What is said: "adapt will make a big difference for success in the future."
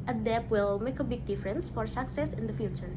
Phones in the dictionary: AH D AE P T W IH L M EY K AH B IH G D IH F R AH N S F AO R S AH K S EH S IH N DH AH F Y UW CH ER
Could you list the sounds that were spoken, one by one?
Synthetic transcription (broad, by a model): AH D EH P W IH L M EY K AH B IH G D IH F R AH N S F AO R S AH K S EH S IH N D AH F Y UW CH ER